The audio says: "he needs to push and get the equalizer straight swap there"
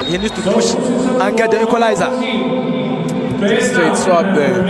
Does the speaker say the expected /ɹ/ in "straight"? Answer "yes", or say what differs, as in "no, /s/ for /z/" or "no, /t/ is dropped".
no, /ɹ/ is dropped